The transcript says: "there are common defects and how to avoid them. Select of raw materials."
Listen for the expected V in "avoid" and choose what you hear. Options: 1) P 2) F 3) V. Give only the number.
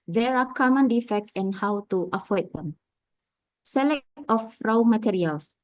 2